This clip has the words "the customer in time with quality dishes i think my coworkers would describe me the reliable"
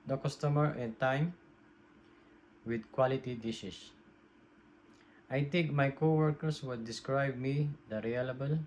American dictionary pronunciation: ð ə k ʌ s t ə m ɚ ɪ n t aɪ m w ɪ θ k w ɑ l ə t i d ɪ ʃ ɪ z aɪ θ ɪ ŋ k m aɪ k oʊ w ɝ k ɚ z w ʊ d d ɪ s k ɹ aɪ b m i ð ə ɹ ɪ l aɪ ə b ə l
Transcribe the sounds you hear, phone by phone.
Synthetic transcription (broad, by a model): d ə k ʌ s t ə m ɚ ɪ n t aɪ m w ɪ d k w ɑ l ə t i d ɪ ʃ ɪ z aɪ t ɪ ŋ k m aɪ k oʊ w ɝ k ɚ s w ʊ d d ɪ s k ɹ aɪ b m i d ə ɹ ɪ l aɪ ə b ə l